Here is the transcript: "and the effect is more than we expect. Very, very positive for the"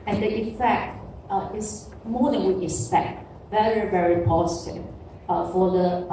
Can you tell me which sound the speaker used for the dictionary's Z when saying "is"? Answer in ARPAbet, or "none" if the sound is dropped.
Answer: S